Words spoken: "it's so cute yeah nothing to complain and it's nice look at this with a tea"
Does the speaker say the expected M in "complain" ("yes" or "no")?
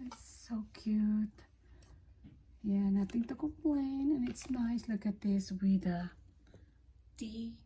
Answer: no